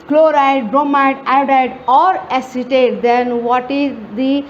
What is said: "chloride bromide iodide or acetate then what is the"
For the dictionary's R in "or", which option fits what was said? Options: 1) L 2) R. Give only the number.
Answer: 2